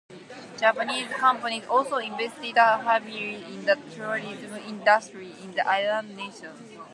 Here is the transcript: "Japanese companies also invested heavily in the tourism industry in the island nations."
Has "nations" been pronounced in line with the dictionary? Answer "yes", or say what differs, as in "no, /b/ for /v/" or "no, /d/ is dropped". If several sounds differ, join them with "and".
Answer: no, /z/ is dropped